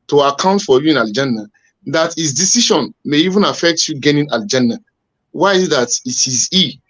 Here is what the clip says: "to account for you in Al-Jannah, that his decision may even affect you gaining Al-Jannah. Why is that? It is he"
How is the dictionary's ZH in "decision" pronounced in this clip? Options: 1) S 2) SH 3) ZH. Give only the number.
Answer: 2